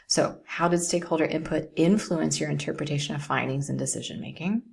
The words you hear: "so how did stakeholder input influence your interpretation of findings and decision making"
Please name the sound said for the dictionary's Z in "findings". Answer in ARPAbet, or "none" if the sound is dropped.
Z